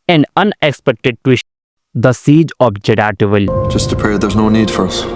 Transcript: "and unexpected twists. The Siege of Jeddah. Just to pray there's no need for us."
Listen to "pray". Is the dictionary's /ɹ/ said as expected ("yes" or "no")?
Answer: no